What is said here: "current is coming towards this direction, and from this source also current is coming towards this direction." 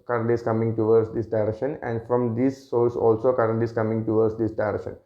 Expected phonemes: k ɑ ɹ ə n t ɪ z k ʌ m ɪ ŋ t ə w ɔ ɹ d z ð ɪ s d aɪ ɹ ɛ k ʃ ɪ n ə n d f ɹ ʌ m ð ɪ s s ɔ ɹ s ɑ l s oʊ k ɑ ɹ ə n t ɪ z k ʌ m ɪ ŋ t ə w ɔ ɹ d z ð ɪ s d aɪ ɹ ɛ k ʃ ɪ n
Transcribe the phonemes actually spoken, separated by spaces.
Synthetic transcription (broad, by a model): k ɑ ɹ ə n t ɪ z k ʌ m ɪ ŋ t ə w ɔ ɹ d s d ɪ s d aɪ ɹ ɛ k ʃ ɪ n ə n d f ɹ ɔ m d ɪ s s ɔ l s ɑ l s oʊ k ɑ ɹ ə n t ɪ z k ʌ m ɪ ŋ t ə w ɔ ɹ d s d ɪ s d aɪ ɹ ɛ k ʃ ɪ n